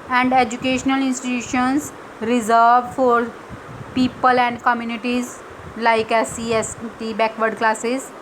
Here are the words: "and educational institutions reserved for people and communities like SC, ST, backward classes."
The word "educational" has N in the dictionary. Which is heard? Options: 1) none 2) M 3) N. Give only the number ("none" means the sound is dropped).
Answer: 3